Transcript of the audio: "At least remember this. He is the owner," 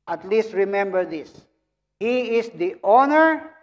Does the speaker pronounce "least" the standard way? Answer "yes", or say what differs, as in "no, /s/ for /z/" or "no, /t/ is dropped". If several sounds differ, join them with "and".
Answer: yes